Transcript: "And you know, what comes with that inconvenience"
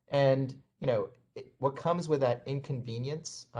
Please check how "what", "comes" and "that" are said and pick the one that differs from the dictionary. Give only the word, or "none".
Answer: none